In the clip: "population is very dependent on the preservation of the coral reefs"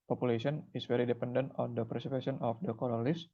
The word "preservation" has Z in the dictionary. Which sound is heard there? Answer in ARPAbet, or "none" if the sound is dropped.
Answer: S